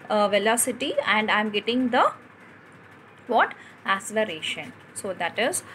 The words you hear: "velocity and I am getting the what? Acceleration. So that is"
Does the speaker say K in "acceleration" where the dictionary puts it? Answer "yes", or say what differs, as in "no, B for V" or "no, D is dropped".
no, K is dropped